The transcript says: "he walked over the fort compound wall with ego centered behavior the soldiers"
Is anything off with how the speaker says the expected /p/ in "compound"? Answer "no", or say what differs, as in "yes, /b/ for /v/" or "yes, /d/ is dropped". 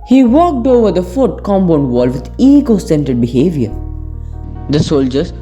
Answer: yes, /b/ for /p/